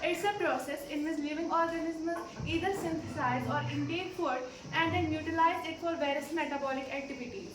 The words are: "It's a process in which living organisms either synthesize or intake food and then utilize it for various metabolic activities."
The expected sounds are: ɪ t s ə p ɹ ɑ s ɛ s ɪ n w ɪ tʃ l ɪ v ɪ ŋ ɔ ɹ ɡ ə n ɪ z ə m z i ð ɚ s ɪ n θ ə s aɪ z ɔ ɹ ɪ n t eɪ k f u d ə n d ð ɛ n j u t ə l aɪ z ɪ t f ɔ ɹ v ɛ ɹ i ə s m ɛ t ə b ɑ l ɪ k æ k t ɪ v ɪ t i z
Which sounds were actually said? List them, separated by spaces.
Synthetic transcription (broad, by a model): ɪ t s ə p ɹ ɑ s ɛ s ɪ n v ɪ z l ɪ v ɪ ŋ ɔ ɹ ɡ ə n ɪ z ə z i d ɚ s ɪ n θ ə s aɪ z ɔ ɹ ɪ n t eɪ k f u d ə n d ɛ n j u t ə l aɪ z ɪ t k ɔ l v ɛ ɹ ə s m ɛ t ə b ɑ l ɪ k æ k t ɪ v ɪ t i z